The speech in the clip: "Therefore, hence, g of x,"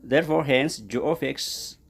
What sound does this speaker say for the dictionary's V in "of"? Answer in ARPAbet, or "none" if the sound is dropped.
F